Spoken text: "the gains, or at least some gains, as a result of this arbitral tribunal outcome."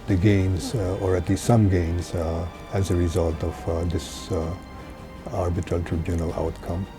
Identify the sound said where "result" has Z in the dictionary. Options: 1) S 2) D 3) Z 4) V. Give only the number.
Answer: 3